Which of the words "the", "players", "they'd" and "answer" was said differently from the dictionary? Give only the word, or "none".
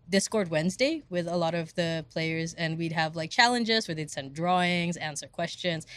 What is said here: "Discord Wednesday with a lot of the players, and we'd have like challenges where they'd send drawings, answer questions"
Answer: none